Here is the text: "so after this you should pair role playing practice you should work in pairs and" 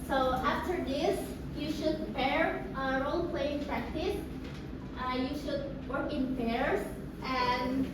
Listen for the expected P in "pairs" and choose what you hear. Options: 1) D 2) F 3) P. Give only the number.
2